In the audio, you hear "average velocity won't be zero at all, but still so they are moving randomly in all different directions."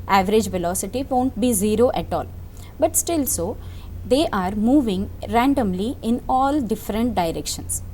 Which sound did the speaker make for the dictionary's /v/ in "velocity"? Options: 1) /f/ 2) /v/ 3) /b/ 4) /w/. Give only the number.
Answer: 2